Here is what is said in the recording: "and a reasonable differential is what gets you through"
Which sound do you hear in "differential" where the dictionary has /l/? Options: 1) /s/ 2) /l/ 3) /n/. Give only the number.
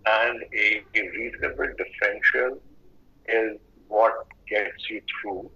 3